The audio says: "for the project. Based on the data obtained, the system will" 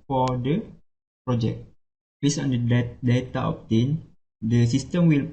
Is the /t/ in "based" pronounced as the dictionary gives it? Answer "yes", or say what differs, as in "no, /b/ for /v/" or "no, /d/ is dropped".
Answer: no, /t/ is dropped